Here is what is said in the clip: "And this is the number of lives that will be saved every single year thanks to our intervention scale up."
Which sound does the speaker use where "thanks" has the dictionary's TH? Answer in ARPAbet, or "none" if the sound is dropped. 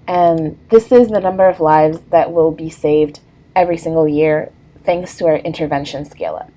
TH